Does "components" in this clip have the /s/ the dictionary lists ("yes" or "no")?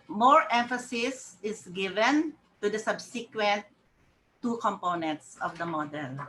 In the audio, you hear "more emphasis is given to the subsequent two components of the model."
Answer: yes